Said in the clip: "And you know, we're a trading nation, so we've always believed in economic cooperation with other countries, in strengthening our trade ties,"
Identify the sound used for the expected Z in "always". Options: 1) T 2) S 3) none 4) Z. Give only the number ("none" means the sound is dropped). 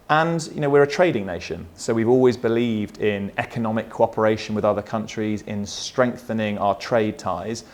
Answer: 4